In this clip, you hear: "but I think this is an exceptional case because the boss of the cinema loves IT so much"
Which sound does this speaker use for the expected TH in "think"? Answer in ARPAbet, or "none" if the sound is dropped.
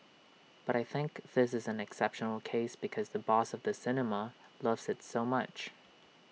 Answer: TH